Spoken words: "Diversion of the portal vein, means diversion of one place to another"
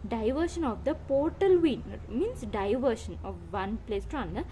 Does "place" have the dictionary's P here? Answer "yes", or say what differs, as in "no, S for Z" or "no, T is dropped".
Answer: yes